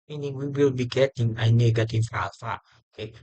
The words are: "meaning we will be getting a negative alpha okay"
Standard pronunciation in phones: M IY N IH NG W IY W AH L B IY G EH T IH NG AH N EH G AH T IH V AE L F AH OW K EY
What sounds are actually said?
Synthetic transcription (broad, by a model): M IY N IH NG W IY W AH L B IY G EH T IH NG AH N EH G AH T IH F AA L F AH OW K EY